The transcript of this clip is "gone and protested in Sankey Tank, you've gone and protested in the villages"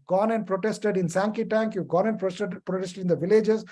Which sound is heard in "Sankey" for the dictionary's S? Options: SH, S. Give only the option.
S